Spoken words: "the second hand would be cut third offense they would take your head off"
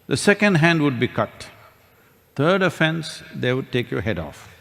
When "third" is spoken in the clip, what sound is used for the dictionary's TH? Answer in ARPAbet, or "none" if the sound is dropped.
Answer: T